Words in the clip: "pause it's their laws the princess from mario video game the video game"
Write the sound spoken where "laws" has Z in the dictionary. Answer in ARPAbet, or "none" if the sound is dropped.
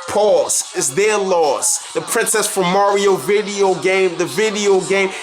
S